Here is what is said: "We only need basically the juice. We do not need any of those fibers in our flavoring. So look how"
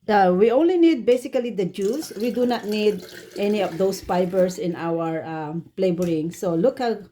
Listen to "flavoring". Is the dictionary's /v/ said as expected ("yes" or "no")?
no